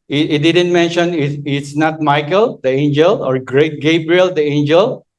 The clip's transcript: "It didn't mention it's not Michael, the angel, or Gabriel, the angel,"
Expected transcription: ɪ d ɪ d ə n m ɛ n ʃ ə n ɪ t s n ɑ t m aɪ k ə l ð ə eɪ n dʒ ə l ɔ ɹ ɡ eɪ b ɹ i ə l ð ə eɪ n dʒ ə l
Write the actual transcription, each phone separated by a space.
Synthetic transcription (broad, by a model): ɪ d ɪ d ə n m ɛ n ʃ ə n ɪ t s n ɑ t m aɪ k ə l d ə eɪ n dʒ ə l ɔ ɹ ɡ eɪ b ɹ i ə l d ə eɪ n dʒ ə l